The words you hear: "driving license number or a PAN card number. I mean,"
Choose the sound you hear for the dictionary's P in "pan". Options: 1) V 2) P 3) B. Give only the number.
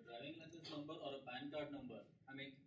3